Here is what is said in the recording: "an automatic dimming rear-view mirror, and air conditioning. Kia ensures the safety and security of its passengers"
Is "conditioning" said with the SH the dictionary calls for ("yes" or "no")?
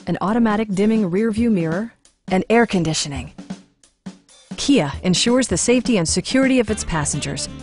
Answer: yes